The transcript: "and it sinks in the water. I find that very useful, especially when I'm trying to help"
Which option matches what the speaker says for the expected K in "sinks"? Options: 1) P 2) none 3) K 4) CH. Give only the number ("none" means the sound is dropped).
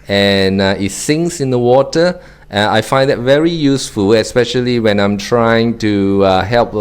2